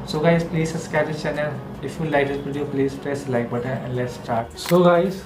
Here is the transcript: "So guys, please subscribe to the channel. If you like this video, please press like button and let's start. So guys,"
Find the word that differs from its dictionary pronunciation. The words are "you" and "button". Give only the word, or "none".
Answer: button